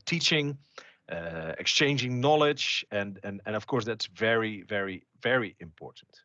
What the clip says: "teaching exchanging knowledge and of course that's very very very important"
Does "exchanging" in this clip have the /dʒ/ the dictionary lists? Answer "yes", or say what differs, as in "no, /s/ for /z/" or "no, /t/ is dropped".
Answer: yes